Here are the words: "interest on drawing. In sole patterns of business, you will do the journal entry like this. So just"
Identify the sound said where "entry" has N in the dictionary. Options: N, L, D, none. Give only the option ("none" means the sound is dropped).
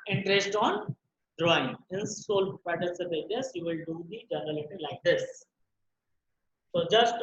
none